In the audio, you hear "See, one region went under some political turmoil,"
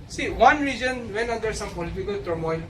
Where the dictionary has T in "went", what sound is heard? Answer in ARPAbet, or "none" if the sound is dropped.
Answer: none